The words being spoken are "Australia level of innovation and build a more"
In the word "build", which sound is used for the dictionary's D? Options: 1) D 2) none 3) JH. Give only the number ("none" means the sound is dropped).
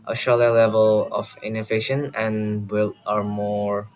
2